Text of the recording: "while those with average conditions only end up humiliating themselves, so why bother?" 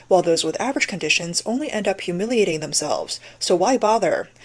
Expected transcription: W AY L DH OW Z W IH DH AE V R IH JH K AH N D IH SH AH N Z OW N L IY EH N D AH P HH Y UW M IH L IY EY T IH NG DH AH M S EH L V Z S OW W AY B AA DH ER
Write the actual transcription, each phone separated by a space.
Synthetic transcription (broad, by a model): W AY L DH OW Z W IH DH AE V R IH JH K AH N D IH SH AH N Z OW N L IY EH N D AH P HH Y UW M IH L IY EY T IH NG DH AH M S EH L V Z S OW W AY B AA DH ER